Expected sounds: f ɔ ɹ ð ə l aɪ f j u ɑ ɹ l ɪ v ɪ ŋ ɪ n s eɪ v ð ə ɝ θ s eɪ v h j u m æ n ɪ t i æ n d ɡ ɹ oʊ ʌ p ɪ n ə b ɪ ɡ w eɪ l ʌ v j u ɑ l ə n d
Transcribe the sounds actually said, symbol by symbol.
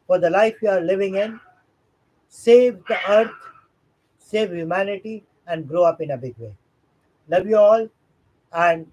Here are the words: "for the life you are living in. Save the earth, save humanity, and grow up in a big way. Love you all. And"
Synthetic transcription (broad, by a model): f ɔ ɹ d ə l aɪ f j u ɑ ɹ l ɪ v ɪ ŋ ɪ n s eɪ v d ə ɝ t s eɪ v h j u m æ n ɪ t i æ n d ɡ ɹ oʊ ʌ p ɪ n ə b ɪ ɡ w eɪ l ʌ v j u ɑ l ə n d